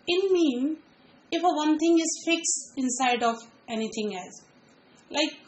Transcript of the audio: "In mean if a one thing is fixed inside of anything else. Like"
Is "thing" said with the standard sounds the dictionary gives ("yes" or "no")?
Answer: no